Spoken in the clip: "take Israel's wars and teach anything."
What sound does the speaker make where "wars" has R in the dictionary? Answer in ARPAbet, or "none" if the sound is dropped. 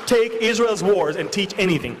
R